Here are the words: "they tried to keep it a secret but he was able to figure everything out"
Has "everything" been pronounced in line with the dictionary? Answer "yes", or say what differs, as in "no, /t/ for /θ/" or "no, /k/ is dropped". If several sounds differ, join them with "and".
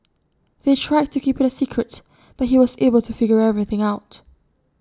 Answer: yes